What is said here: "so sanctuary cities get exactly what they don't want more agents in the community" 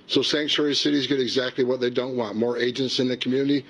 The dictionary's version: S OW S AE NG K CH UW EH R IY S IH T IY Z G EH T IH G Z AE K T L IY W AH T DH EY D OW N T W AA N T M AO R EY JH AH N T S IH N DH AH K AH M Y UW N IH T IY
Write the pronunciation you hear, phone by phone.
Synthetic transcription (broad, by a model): S OW S AE NG K CH UW EH R IY S IH T IY Z G EH T IH G Z AE K T L IY W AH T DH EY D OW N T W AA N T M AO R EY JH AH N T S IH N DH AH K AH M Y UW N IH T IY